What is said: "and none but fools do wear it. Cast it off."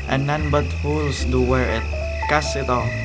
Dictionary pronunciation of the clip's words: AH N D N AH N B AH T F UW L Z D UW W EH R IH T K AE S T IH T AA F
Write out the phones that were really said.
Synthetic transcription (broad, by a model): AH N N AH N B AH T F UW L S D UW W EH R IH T K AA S IH T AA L